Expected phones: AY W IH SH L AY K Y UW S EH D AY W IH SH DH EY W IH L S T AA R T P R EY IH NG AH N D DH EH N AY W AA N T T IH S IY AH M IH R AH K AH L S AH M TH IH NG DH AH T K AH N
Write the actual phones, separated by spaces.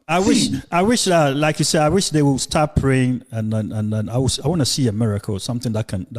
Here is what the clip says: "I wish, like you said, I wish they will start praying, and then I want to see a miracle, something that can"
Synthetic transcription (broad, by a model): AY W IH SH L AY K Y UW S EH D AY W IH SH DH EY W IH L S T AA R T P R EY IH NG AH N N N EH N AY W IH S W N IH S IY AH M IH R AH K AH L S AH M TH IH NG DH AH T K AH N